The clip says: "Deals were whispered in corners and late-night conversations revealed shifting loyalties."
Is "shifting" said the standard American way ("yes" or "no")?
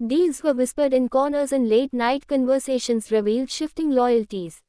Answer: yes